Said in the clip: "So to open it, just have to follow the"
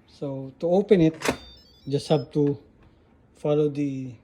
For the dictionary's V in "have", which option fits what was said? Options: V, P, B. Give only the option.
B